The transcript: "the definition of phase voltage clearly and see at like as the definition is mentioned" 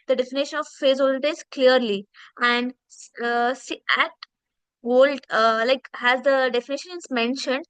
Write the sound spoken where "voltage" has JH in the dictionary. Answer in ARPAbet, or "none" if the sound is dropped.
Z